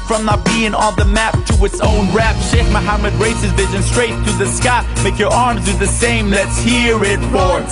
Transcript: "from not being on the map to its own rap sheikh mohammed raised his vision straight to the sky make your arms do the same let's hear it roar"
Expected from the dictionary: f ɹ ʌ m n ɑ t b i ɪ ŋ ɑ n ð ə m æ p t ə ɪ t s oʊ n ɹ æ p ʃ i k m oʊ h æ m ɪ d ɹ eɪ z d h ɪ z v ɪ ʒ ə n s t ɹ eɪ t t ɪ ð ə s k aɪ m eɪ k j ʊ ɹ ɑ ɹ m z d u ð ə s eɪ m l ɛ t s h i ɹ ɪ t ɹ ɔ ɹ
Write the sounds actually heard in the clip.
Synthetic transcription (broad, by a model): f ɹ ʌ m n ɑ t b i ɪ ŋ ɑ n ð ə m æ p t ə ɪ t s oʊ n ɹ æ p ʃ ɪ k m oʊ h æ m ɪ d ɹ eɪ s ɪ z v ɪ ʒ ə n s t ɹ eɪ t t ɪ ð ə s k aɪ m eɪ k j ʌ ɹ ɑ ɹ m z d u ð ə s eɪ m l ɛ t s h i ɹ ɪ t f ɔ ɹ